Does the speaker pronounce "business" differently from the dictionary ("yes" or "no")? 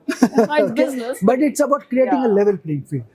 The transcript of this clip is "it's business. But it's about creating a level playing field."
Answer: yes